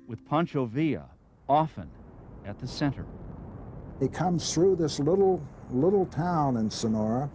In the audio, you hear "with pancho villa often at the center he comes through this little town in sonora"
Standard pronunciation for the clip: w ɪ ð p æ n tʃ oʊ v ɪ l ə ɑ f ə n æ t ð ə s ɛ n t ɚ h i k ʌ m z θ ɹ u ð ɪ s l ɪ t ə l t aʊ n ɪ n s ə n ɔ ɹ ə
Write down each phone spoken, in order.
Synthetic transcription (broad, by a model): w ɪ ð p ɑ n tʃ oʊ v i ə ɑ f ə n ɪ t ð ə s ɛ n t ɚ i k ʌ m z θ ɹ u ð ɪ s l ɪ t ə l t aʊ n ɪ n s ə n ɔ ɹ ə